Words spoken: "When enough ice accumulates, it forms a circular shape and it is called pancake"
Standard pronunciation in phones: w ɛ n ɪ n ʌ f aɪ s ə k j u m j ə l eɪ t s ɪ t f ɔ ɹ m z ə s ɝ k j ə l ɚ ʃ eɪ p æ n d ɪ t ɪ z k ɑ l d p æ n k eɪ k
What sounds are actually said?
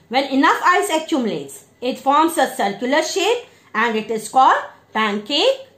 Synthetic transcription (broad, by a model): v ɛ n ɪ n ʌ f aɪ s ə k j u m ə l eɪ t s ɪ t f ɔ ɹ m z ə s ɝ k j ə l ɚ ʃ eɪ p æ n d ɪ t ɪ z k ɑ d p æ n k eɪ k